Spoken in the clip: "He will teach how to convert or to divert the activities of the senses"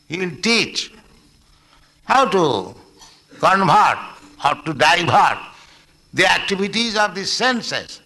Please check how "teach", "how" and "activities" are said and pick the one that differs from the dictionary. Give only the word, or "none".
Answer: activities